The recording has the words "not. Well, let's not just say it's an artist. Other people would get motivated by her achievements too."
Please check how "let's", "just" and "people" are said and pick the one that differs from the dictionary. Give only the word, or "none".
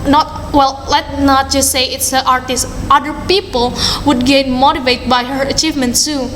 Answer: let's